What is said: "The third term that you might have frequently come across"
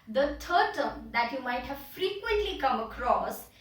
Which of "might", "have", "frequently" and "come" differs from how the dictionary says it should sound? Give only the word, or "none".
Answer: none